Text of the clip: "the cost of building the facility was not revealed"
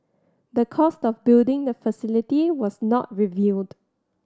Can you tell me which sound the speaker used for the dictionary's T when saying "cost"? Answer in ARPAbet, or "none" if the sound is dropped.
T